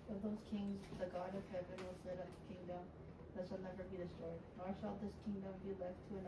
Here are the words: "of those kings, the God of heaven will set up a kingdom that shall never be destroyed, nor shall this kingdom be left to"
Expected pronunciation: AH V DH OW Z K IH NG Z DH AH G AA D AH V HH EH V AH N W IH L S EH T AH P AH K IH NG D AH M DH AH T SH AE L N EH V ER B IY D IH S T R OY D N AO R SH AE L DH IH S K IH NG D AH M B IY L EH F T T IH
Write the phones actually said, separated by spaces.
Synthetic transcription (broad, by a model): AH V DH OW Z K IH NG Z DH AH G AA D AH V HH EH V AH N W IH L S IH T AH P AH K IH NG D AH M DH AH T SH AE L N EH V ER B IY D IH S T R OY D N AO R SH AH L DH IH S K IH NG D AH M B IY L EH F T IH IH